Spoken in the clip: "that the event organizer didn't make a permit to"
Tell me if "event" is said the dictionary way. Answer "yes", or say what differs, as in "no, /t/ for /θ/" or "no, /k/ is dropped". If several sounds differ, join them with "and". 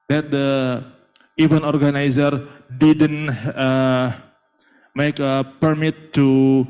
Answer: no, /t/ is dropped